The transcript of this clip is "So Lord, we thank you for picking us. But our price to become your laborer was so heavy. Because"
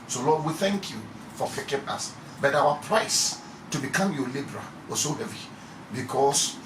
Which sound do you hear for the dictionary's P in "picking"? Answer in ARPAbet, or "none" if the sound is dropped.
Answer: F